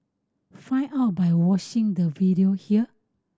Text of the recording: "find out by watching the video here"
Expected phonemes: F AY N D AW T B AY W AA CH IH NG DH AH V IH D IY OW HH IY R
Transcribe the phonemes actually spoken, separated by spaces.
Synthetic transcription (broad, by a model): F AY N AW T B AY W AA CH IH NG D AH V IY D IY OW HH IY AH